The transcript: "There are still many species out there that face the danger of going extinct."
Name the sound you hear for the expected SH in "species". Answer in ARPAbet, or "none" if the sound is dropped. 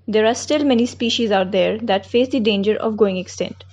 SH